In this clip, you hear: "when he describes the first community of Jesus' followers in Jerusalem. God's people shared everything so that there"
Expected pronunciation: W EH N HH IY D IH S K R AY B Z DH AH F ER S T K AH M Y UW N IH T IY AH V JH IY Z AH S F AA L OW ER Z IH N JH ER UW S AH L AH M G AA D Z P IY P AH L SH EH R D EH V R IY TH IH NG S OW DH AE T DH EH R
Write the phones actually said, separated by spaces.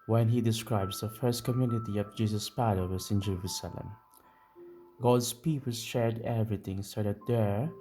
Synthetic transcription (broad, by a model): W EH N HH IY D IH S K R AY B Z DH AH F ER S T K AH M Y UW N IH T IY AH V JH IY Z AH S P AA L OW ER S IH N JH ER UW S AH L AH M G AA D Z P IY P AH L SH EH R D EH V R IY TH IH NG S OW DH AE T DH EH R